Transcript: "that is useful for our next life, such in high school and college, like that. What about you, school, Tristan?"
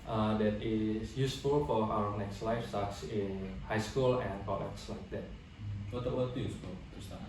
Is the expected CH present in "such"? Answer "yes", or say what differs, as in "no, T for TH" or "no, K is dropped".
no, S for CH